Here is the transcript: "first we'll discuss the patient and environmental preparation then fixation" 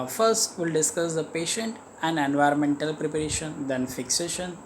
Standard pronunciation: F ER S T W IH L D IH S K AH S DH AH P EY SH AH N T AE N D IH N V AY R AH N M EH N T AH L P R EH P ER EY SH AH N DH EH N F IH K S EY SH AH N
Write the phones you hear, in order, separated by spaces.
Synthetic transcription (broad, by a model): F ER S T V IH L D IH S K AH S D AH P EY SH AH N T AE N D IH N V AY R AH N M EH N T AH L P R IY P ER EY SH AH N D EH N F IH K S EY SH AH N